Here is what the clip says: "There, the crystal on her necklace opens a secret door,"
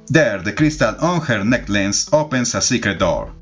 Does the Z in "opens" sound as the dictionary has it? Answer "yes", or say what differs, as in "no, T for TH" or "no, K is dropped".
no, S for Z